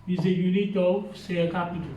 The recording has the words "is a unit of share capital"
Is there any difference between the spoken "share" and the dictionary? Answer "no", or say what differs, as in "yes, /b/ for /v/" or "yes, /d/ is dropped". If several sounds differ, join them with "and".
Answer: yes, /s/ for /ʃ/